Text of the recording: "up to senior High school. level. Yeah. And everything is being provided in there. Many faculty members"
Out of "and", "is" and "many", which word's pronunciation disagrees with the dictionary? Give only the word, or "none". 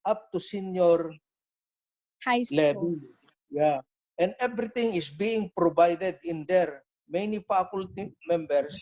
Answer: is